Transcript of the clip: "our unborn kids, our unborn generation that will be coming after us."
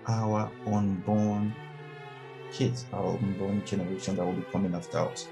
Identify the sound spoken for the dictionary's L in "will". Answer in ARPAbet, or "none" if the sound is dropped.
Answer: L